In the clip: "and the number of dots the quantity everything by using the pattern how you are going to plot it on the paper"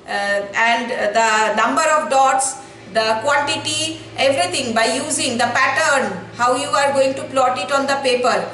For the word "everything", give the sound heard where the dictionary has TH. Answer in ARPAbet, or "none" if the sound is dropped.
T